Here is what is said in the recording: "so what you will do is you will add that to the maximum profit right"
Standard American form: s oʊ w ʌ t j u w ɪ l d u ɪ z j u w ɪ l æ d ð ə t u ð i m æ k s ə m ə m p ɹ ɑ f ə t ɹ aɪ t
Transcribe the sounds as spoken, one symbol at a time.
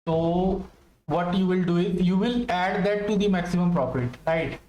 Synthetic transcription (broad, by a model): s oʊ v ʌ t j u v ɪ l d u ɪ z j u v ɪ l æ d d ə t u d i m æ k s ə m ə m p ɹ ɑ p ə t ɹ aɪ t